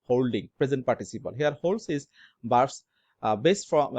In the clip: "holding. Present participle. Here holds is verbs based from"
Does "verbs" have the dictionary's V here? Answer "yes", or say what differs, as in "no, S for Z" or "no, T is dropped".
no, B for V